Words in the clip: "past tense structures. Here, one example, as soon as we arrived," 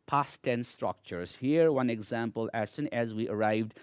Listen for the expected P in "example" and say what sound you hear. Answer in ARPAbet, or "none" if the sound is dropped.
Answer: P